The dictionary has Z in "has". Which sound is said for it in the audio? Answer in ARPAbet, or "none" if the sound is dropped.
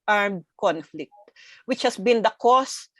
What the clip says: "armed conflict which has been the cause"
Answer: S